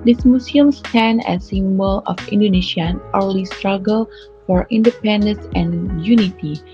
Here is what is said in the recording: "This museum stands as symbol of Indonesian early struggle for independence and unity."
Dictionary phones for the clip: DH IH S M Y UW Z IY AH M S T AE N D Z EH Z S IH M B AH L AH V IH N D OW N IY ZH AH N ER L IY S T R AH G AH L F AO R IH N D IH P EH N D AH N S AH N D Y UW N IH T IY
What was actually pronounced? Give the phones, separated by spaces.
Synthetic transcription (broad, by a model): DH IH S M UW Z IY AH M S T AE N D EH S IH M B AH L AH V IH N D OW N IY SH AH N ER L IY S T R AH G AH L F AO R IH N D IH P EH N D AH N S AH N Y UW N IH T IY